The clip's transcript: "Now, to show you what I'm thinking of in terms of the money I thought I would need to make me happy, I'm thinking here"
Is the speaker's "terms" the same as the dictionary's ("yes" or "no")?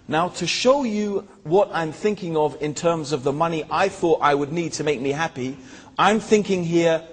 yes